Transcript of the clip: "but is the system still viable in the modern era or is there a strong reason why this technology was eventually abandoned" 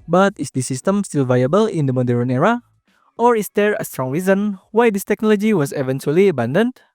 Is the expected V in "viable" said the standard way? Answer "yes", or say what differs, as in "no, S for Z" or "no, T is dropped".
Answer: yes